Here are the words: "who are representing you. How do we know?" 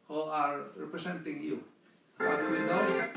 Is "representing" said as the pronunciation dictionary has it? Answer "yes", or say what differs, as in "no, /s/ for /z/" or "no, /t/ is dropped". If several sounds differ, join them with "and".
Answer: no, /s/ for /z/